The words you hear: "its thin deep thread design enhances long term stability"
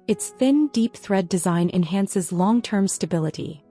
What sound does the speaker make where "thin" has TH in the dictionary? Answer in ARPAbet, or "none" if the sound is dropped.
TH